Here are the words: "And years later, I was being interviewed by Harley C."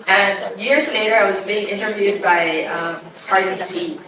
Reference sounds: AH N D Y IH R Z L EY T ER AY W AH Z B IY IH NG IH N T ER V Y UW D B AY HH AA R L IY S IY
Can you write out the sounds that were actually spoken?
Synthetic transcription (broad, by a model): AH N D Y IH R Z L EY T ER AY W AH Z B IY IH NG IH N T ER V Y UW D B AY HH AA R IY S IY